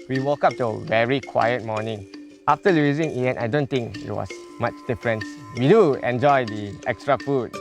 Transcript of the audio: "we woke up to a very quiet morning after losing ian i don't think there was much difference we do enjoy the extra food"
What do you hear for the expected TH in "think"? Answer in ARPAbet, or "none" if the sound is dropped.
T